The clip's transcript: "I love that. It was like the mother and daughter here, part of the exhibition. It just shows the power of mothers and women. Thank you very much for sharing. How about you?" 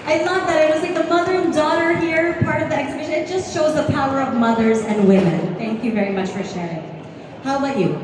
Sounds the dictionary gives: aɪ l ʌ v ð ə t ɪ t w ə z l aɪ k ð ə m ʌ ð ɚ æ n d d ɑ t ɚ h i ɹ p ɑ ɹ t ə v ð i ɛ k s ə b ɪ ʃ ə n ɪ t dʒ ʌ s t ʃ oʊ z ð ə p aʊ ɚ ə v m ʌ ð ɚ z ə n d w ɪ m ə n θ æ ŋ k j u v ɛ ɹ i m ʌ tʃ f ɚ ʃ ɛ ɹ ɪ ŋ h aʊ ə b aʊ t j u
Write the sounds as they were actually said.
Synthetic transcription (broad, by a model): aɪ l ʌ v ð ə t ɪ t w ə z l aɪ k ð ə m ʌ ð ɚ n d d ɑ t ɚ h i ɹ p ɑ ɹ t ə v ð i ɛ k s ə b ɪ ʃ ə n ɪ t dʒ ʌ s t ʃ oʊ z ð ə p aʊ ɚ ə v m ʌ ð ɚ z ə n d w ɪ m ə n θ æ ŋ k j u v ɛ ɹ i m ʌ tʃ f ɚ ʃ ɛ ɹ ɪ ŋ h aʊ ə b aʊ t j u